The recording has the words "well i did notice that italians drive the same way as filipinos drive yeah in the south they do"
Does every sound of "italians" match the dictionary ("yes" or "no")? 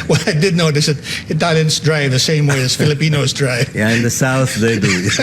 no